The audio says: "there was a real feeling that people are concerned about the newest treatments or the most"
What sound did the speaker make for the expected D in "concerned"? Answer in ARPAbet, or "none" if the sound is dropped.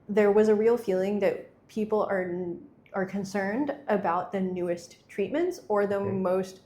D